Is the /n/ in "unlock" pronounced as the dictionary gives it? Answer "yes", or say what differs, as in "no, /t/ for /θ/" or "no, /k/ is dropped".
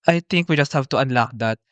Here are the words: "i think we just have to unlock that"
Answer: yes